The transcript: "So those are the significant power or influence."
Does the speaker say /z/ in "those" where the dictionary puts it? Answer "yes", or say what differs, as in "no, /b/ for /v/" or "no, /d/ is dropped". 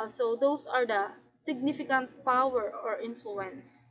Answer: no, /s/ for /z/